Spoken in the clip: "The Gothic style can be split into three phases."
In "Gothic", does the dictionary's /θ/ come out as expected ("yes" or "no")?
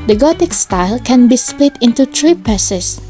no